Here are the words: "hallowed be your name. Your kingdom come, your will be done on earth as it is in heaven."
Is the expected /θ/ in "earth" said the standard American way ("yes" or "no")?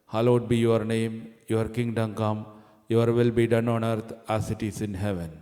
no